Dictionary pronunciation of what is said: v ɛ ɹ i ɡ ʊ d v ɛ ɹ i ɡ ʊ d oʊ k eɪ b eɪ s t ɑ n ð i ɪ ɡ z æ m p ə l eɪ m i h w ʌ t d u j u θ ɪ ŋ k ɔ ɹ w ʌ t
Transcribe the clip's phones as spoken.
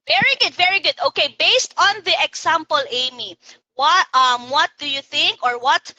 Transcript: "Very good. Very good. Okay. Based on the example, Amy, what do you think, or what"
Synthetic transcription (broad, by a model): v ɛ ɹ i ɡ ʊ d v ɛ ɹ i ɡ ʊ d oʊ k eɪ b eɪ s t ɑ n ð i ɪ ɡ s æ m p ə l eɪ m i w w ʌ t d u j u θ ɪ ŋ k ɔ ɹ w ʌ t